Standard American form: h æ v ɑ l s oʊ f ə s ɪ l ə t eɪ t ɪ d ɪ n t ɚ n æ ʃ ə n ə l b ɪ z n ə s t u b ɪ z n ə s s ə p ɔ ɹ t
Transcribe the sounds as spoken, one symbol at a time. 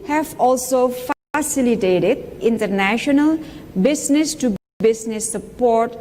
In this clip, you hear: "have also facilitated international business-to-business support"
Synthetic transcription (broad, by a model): h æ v ɑ l s oʊ f ə s ɪ l ə t eɪ t ɪ d ɪ n t ɚ n æ ʃ ə n ə l b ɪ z n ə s t u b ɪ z n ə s s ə p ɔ ɹ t